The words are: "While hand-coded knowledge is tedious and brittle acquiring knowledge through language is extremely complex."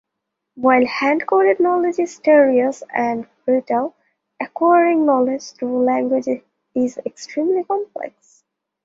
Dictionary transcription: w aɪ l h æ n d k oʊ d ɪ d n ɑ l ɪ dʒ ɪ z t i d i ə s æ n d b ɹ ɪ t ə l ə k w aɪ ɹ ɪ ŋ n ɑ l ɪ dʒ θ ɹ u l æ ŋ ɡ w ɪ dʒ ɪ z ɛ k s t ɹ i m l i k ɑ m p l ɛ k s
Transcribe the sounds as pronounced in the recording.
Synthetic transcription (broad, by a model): w aɪ l h æ n d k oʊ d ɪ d n ɑ l ɪ dʒ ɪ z t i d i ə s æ n d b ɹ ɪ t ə l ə k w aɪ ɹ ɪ ŋ n ɑ l ɪ dʒ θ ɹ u l æ ŋ ɡ w ɪ dʒ ɪ z ɛ k s t ɹ i m l i k ɑ m p l ɛ k s